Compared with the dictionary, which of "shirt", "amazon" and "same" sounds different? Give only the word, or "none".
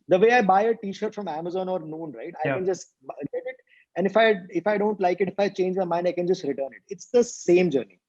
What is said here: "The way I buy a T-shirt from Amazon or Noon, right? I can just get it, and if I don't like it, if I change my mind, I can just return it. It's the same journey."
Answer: none